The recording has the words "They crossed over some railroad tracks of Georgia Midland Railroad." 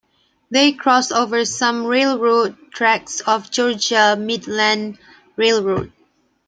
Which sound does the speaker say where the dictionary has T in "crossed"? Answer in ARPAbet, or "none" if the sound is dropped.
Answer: none